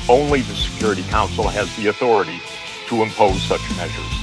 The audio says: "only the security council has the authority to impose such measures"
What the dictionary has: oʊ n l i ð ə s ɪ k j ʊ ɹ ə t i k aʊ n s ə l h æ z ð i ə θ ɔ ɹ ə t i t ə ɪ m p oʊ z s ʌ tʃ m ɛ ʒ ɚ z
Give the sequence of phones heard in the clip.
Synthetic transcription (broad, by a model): oʊ n l i ð ə s ɪ k j ʊ ɹ ə t i k aʊ n s l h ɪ z ð i ə θ ɔ ɹ ə t i t ə ɪ m p oʊ z s ʌ tʃ m ɛ ʒ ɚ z